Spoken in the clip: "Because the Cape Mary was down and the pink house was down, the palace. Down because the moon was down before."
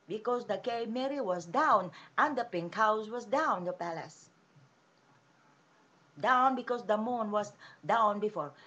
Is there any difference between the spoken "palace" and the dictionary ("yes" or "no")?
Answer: no